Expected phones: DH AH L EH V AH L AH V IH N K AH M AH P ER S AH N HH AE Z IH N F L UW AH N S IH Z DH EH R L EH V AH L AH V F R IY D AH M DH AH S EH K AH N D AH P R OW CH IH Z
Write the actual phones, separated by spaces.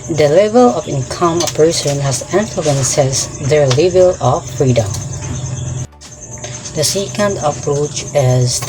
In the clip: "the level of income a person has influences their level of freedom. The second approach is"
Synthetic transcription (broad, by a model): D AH L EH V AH L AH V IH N K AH M AH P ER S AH N HH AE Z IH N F L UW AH N S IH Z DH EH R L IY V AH L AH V F R IY D AH M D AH S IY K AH N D AH P R OW CH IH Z